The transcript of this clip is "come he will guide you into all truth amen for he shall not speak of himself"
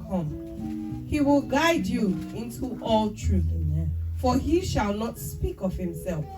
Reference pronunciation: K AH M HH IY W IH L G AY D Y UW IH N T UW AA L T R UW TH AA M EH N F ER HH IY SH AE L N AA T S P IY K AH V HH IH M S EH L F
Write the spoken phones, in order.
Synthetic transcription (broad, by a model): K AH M HH IY W IH L G AY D Y UW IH N T UW AA L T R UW F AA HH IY SH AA L N AA T S P IY K AH V HH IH M S EH L F